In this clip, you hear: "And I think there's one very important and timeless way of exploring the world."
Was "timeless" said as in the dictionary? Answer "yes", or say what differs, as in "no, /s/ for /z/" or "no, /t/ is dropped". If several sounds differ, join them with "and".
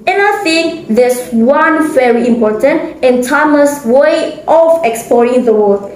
no, /l/ is dropped